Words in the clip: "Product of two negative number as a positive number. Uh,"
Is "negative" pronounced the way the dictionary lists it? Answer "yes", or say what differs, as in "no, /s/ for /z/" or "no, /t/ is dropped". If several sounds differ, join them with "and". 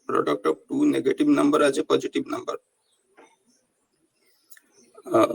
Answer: no, /b/ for /v/